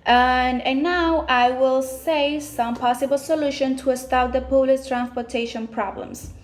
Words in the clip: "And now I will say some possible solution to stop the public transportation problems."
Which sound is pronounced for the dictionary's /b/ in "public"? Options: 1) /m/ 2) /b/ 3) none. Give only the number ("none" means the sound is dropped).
3